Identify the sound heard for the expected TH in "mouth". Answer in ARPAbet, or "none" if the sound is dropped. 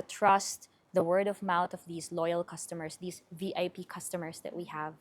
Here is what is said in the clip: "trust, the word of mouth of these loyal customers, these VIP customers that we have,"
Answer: T